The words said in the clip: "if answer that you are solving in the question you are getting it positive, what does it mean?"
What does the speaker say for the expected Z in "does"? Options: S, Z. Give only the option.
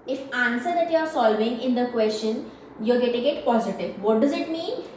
Z